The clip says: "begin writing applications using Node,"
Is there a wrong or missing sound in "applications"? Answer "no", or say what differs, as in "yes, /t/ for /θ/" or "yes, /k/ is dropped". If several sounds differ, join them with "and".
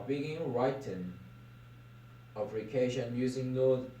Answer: yes, /z/ is dropped